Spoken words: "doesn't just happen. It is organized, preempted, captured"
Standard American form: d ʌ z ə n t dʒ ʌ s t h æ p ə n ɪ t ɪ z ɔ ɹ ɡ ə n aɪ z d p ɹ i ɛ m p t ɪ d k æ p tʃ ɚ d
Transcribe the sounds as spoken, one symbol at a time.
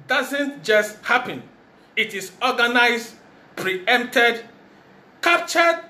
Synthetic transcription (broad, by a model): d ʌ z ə n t dʒ ʌ s t h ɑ p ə n ɪ t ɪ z ɔ ɡ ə n aɪ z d p ɹ i ɛ m p t ɪ d k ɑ p tʃ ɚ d